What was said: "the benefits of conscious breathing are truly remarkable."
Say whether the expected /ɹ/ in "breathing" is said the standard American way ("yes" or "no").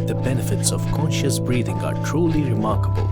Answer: yes